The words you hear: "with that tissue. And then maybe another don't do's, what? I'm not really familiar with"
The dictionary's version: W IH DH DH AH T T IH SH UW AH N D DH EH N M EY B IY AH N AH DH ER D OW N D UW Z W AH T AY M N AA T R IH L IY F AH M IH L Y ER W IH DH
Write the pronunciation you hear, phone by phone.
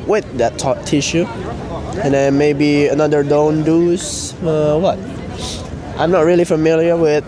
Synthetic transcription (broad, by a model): W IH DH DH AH T T IH SH UW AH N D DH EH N M EY B IY AH N AH DH ER D OW N D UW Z W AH T AY M N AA T R IH L IY F AH M IH L Y ER W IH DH